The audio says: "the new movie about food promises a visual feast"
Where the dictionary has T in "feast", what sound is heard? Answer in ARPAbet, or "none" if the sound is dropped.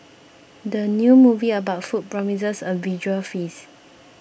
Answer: none